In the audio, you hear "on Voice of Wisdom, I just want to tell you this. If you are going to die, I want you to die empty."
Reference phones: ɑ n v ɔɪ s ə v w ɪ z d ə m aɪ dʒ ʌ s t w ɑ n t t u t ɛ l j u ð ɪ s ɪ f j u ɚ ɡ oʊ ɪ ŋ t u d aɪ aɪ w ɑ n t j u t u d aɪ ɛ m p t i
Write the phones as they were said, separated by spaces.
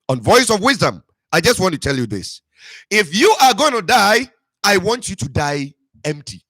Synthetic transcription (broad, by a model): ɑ n v ɔɪ s ə v w ɪ z d ə m aɪ dʒ ʌ s t w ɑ n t t u t ɛ l j u ð ɪ s ɪ f j u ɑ ɡ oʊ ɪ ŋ t u d aɪ aɪ w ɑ n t j u t u d aɪ ɛ m p t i